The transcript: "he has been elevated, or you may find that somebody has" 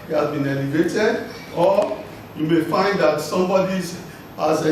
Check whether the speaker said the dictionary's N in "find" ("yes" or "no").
yes